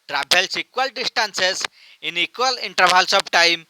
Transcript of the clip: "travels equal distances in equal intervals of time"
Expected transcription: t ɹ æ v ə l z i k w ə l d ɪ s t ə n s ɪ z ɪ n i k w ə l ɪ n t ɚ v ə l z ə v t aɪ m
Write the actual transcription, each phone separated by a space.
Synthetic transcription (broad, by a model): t ɹ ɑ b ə l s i k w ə l d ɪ s t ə n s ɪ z ɪ n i k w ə l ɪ n t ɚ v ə l s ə b t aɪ m